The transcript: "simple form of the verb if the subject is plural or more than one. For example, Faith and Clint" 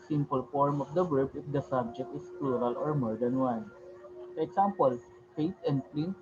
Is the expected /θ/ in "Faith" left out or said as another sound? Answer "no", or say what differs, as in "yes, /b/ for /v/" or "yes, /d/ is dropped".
yes, /t/ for /θ/